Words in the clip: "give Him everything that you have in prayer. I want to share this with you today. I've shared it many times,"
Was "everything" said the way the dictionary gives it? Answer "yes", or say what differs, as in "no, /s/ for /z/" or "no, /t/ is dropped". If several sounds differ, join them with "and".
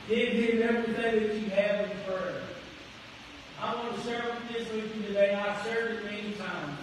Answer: yes